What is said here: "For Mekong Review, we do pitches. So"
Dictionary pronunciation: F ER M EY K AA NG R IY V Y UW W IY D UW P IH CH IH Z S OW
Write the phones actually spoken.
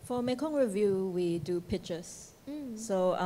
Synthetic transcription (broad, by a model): F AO M EY K AA NG R IY V Y UW W IY D UW P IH CH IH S S OW